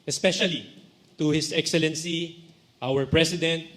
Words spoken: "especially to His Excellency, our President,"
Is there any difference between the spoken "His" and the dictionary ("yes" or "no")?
yes